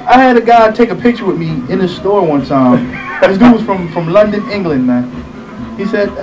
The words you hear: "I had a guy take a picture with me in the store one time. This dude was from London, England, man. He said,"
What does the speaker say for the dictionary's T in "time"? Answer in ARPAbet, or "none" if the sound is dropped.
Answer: S